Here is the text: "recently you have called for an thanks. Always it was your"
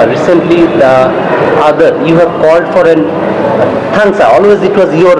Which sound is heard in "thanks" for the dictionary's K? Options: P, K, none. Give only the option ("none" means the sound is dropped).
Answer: none